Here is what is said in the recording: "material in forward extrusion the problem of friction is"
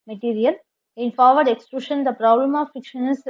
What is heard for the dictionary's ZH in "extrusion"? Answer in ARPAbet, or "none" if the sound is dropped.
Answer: SH